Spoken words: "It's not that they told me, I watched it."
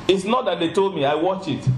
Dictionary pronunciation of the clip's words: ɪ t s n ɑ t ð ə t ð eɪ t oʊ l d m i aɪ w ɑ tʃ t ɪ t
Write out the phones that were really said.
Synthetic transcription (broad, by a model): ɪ t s n ɑ t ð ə t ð eɪ t oʊ l d m i aɪ w ɑ tʃ ɪ t